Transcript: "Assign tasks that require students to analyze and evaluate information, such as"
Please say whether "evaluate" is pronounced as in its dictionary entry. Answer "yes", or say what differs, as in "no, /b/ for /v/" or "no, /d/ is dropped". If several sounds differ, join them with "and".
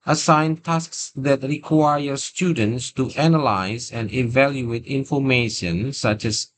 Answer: yes